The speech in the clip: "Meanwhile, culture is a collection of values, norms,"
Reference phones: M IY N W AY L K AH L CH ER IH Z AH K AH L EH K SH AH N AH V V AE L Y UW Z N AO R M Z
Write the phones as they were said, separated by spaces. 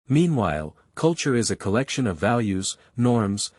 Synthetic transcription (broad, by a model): M IY N W AY L K AH L CH ER IH Z AH K AH L EH K SH AH N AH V V AE L Y UW Z N AO R M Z